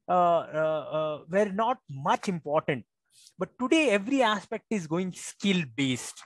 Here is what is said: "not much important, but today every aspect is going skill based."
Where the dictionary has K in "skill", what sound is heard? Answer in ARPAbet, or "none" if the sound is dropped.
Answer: K